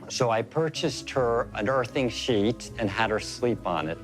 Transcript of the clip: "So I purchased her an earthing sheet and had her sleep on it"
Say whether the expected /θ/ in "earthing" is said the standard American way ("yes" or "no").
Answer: yes